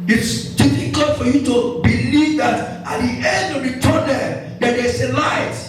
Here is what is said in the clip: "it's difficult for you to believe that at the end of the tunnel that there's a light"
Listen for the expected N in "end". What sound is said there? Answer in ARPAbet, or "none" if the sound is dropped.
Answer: N